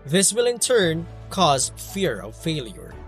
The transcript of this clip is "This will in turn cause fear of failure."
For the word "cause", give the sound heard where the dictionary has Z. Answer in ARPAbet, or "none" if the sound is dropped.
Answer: Z